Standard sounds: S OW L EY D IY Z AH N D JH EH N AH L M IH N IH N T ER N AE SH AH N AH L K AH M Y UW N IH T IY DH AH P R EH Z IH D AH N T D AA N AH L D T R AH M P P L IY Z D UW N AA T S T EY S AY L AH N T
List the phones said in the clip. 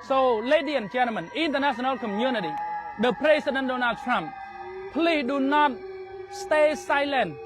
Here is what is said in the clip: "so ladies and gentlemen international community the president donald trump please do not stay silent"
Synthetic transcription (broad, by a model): S OW L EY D IY AH N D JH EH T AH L M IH N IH N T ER N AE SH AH N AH L K AH M Y UW N IH T IY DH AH P R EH S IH D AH N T D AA N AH L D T R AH M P P L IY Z D UW N AA T S T EY S AY L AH N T